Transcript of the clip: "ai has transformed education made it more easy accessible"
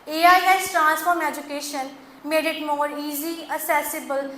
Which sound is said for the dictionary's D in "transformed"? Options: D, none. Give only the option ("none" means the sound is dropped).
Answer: none